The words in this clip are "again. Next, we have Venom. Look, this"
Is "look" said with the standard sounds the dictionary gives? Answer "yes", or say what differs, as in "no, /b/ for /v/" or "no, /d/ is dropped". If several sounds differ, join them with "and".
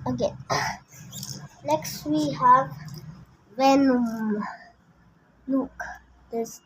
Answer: no, /n/ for /l/